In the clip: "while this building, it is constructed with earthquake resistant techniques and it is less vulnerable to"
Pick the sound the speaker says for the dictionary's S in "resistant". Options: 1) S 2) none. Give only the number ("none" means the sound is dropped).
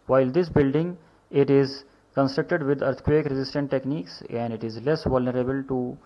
1